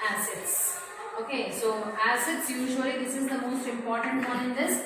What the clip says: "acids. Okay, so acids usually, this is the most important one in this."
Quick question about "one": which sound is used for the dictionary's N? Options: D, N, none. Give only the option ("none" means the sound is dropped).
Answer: none